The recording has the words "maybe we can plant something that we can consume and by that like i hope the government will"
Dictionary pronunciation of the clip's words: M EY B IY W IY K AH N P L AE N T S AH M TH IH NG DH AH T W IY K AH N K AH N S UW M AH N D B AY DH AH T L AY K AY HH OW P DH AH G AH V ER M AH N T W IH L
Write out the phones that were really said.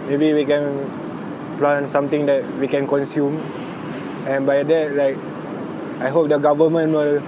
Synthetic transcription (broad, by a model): M EY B IY W IY K AH N P L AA N S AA M T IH NG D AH T W IY K AH N K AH N S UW M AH N B AY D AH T L AY K AY HH OW P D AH G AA V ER M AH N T W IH L